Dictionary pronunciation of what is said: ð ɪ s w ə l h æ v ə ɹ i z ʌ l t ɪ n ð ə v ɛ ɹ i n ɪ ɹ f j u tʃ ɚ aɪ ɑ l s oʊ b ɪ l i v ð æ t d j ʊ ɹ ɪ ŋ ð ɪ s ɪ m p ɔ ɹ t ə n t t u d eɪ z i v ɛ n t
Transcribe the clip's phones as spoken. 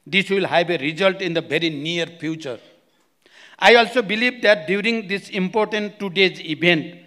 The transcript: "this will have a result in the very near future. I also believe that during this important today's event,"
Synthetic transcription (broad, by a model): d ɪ s w ə l h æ b ə ɹ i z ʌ l t ɪ n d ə b ɛ ɹ i n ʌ ɹ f j u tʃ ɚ aɪ ɑ l s oʊ b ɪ l i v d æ t d j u ɹ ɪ ŋ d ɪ s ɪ m p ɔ ɹ t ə n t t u d eɪ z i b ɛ n t